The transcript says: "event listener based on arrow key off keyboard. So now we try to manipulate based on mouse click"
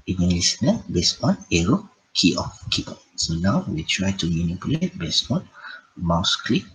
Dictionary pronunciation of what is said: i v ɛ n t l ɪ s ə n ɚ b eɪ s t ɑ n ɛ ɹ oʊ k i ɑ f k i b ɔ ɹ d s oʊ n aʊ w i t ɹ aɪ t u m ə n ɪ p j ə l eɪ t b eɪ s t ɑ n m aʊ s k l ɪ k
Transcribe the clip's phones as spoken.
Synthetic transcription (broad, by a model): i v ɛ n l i s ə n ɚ b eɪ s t ɑ n ɛ ɹ oʊ k i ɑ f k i ɔ s oʊ n aʊ w i t ɹ aɪ t u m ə n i p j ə l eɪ t b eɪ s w ɑ n m aʊ s k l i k